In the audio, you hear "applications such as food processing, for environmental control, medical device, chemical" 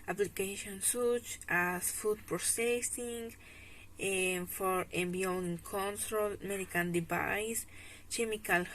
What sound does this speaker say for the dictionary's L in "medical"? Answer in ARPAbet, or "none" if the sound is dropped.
N